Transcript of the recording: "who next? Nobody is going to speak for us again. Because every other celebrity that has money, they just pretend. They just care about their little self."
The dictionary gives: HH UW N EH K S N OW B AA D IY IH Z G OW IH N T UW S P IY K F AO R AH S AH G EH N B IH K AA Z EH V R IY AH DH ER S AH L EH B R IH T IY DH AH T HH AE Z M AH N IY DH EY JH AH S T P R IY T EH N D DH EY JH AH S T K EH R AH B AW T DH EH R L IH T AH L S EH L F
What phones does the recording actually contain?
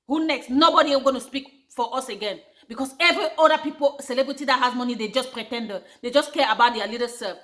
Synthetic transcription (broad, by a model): HH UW N EH K S N OW B AA D IY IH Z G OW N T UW S P IY K F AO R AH S AH G EH N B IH K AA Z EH V R IY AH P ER S AH L EH B R IH T IY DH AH T HH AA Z M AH N IY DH EY JH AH S P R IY T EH N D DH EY JH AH S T K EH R AH B AW T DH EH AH L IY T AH S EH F